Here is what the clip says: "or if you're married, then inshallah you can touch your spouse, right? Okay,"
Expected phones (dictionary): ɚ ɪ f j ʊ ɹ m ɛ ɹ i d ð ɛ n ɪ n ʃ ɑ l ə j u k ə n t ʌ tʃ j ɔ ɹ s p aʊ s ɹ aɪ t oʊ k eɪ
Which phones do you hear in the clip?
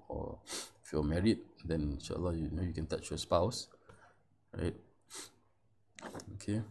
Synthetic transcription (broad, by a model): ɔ ɪ f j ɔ m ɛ ɹ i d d ɛ n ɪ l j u n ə j u k ə n t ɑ tʃ j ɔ s p aʊ s ɹ aɪ t oʊ k eɪ